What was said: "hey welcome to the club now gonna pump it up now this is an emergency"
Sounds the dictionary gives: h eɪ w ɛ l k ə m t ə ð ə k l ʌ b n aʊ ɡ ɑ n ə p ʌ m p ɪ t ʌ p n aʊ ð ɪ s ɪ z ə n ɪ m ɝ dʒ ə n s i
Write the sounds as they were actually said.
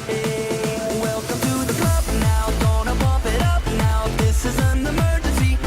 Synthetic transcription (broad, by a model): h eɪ w ɛ l k ə m t ə ð ə k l ʌ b n aʊ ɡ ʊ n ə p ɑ p ɪ t ʌ p n aʊ ð ɪ s ɪ z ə n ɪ m ɝ dʒ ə n s i